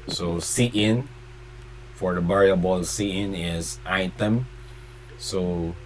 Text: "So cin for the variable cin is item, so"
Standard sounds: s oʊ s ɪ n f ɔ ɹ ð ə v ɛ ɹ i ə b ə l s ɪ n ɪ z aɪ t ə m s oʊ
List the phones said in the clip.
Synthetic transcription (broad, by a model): s oʊ s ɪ n f ɔ ɹ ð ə b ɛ ɹ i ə b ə l s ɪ n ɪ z aɪ t ə m s oʊ